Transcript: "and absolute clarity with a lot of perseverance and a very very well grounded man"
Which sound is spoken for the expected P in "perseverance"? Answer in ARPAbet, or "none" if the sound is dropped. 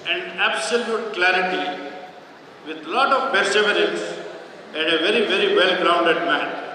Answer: B